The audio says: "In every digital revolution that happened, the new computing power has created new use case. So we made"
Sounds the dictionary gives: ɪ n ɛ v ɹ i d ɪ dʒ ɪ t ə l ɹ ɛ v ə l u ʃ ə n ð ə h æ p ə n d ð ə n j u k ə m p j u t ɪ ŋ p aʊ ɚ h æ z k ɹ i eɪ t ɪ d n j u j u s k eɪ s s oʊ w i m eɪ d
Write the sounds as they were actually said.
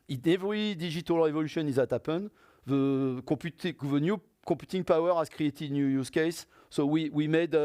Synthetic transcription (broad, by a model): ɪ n ɛ v ɹ i d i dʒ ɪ t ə l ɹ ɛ v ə l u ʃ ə n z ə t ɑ p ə n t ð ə n j u k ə p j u t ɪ ŋ p aʊ ɚ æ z k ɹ i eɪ t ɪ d n j u j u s k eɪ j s oʊ w i m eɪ d